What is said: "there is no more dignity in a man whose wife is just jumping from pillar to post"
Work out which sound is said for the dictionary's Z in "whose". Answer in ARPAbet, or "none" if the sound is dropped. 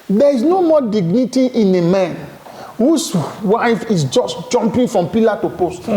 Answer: S